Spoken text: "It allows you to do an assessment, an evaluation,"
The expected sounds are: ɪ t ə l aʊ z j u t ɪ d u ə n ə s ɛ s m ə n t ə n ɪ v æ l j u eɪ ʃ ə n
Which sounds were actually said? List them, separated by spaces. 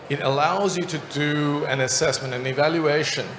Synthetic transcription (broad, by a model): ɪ t ə l aʊ z j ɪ t ɪ d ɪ ə n ə s ɛ s m ə n t ə n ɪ v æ l j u eɪ ʃ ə n